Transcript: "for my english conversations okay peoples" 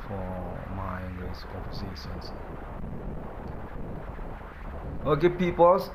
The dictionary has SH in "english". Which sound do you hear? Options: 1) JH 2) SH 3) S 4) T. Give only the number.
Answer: 3